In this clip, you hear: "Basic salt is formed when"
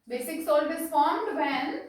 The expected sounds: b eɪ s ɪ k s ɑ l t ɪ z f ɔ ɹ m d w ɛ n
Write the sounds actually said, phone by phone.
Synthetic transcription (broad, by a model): b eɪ s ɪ k s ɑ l ɪ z f ɔ ɹ m d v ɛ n